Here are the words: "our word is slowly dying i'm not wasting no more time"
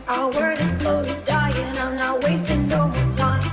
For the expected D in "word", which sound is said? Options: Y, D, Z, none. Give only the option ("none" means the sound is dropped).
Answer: D